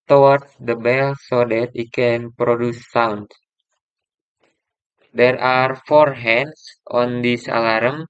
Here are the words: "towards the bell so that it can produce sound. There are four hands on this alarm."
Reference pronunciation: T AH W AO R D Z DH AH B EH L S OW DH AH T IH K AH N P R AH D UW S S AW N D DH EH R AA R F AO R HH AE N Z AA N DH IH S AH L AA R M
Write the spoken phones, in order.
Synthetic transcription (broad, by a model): T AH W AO R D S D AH B EH L S OW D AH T IH K AH N P R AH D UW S S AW N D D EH R AA R F AO R HH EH N S AA N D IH S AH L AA R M